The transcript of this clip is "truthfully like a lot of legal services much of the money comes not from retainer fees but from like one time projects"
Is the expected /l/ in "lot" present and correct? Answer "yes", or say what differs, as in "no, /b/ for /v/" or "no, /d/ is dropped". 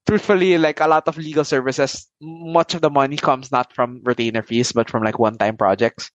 yes